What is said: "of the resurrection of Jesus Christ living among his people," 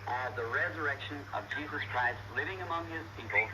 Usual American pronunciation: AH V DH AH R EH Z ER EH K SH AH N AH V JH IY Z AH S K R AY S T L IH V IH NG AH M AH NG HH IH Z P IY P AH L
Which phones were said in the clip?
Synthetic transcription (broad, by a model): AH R DH AH R EH Z ER EH K SH AH N AH V JH IY Z AH S K R AY S T L IH V IH NG AH M AH NG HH IH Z P IY P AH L